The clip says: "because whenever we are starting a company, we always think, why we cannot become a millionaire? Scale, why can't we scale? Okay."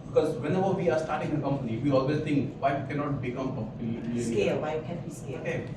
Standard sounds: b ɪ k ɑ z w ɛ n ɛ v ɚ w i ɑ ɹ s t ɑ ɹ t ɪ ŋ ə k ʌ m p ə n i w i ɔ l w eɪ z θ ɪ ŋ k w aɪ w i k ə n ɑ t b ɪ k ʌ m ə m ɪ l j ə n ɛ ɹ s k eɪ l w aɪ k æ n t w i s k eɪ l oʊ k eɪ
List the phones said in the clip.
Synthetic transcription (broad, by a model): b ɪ k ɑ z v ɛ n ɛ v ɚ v i ɑ ɹ s t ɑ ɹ t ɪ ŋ ə k ʌ m p ə n i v i ɔ l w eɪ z t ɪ ŋ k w aɪ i k ə n ɑ t b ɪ k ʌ m ə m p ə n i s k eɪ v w aɪ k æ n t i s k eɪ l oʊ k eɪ